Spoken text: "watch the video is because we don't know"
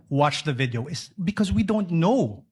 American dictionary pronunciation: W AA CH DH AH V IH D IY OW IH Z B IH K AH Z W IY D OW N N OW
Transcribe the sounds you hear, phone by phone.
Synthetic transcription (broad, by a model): W AA CH DH AH V IH D IY OW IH S B IH K AH Z W IY D OW N N OW